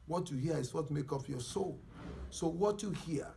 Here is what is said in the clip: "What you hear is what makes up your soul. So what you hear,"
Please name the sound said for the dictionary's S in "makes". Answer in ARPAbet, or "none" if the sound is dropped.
none